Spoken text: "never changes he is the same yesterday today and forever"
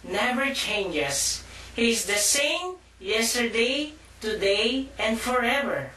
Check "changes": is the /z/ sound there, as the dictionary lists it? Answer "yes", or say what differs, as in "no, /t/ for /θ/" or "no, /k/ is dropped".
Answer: no, /s/ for /z/